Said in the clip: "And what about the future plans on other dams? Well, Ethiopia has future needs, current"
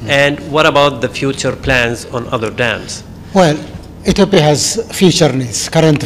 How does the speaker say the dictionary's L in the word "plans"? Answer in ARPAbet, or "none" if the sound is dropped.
L